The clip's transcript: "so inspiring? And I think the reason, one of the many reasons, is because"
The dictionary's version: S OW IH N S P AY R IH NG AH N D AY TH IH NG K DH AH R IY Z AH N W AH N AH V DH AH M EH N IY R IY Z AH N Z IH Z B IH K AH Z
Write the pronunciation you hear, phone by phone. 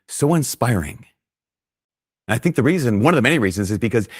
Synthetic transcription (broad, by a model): S OW IH N S P AY R IH NG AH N AY TH IH NG K DH AH R IY Z AH N W AH N AH V DH AH M EH N IY R IY Z AH N Z IH Z B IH K AH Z